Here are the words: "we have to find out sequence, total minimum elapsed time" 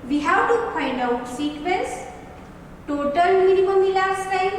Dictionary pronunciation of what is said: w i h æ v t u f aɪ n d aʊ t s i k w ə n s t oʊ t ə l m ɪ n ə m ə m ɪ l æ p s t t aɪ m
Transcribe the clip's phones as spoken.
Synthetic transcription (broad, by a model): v i h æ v t u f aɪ n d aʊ t s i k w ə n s t oʊ t ə l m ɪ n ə m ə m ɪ l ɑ s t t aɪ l